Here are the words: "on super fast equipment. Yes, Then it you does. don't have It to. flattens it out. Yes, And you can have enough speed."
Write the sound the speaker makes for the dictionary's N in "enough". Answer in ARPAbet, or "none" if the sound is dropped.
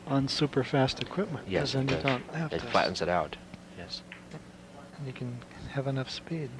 N